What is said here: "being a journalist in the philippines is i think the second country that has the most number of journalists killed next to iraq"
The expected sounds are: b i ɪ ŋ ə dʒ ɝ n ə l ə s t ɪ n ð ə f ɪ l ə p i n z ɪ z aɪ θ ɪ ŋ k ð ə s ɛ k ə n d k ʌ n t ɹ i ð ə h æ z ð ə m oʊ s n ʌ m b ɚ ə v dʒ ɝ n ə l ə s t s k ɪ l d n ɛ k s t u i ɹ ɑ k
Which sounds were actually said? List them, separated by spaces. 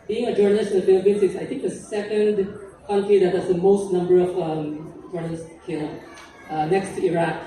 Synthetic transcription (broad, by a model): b i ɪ ŋ ə dʒ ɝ n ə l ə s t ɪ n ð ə f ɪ l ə p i n s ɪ s aɪ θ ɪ ŋ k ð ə s ɛ k ə n d k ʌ n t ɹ i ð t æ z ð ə m oʊ s n ʌ m b ɚ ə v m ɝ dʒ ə n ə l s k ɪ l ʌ n ɛ k s t u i ɹ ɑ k